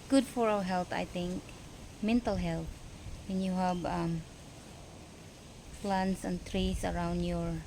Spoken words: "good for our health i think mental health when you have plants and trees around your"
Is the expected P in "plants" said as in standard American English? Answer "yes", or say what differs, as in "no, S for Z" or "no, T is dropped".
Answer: no, F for P